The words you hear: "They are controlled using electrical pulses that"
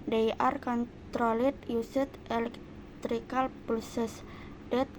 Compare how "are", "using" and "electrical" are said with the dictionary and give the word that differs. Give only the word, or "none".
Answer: using